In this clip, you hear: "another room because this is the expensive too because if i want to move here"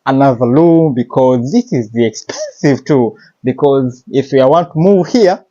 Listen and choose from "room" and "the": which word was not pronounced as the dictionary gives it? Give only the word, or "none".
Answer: room